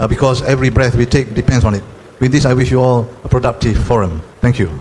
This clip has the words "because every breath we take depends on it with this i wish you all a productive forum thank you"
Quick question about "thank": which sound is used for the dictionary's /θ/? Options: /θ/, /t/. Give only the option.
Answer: /t/